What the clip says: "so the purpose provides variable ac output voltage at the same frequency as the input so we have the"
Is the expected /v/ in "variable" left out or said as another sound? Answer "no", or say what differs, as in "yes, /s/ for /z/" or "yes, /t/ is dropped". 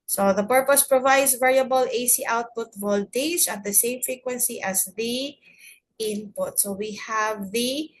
no